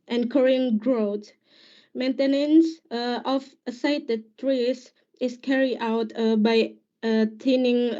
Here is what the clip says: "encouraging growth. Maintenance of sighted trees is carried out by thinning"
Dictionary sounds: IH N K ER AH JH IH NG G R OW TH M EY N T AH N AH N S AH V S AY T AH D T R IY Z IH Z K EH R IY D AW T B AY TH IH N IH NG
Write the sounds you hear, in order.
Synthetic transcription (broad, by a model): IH N K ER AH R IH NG G R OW T M EY N T AH N AH N S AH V S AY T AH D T R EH S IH S K EH R IY D AW T B AY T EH N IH NG